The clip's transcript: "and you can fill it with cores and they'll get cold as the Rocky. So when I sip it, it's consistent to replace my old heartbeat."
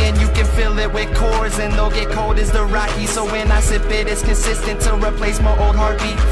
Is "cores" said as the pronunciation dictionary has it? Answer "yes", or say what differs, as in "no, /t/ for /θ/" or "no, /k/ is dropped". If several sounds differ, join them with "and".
yes